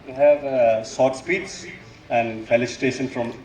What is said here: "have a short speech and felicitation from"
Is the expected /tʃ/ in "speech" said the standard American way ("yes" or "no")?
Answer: no